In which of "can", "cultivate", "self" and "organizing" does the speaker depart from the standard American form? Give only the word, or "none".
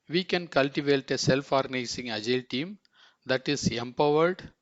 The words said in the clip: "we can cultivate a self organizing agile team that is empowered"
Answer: organizing